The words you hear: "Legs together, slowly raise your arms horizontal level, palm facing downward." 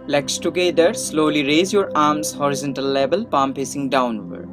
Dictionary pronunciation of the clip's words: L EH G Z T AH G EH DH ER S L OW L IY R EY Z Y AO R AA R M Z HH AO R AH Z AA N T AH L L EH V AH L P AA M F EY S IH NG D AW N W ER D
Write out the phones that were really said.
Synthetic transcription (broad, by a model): L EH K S T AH G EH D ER S L OW L IY R EY Z Y AO R AA R M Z HH AO R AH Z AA N T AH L L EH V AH L P AA M P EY S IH NG D AW N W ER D